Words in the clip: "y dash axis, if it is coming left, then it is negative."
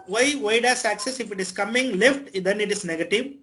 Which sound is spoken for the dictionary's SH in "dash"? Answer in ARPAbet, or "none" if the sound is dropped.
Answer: S